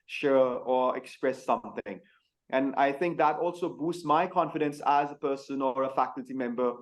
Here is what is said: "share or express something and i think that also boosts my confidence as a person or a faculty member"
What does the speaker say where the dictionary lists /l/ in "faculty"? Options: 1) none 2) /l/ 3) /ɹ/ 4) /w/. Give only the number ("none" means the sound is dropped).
2